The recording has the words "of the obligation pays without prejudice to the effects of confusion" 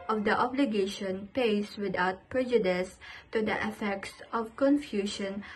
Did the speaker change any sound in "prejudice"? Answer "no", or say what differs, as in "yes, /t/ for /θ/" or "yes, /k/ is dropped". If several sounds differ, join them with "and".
no